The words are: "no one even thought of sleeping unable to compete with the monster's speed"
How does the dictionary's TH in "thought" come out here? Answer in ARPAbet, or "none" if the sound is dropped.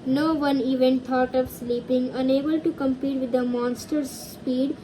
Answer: T